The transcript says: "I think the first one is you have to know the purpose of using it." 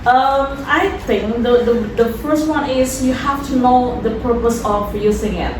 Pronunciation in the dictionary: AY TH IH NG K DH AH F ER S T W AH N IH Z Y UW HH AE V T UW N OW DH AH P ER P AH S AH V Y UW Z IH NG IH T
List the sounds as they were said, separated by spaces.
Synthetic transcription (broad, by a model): AY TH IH NG K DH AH F ER S T W AH N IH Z Y UW HH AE F T UW N OW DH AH P ER P AH S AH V Y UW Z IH NG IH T